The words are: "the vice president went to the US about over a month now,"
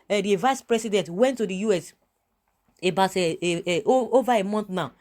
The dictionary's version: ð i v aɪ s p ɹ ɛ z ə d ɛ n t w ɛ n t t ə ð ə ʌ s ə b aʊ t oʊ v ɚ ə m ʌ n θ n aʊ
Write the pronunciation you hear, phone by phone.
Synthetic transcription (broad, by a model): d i v aɪ s p ɹ ɛ s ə d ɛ n t w ɛ n t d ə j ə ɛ s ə b aʊ t oʊ v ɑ ə m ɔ n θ n aʊ